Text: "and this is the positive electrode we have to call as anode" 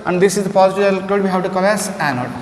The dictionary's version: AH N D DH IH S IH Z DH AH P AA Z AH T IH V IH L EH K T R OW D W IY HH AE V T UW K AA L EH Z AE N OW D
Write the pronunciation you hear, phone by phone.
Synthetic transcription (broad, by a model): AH N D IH S IH Z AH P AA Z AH T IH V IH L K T OW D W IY HH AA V T UW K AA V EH S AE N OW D